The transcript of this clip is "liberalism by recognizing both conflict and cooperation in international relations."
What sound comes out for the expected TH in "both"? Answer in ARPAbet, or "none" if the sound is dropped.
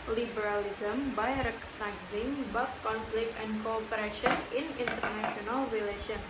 F